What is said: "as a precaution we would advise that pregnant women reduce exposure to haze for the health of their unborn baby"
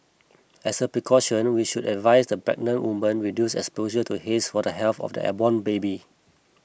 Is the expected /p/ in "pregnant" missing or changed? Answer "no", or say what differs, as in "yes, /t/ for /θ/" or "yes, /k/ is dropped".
yes, /b/ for /p/